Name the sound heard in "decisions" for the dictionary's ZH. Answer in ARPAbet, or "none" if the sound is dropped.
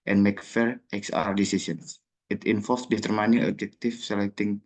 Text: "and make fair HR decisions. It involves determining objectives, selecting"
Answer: S